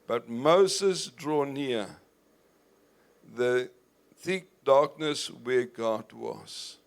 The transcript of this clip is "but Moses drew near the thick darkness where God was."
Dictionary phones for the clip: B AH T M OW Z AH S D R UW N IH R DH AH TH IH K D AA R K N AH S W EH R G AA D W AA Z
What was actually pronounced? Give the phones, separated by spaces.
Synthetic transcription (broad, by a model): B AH T M OW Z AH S D R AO N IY DH AH TH IH K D AA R K N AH S W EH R G AA D W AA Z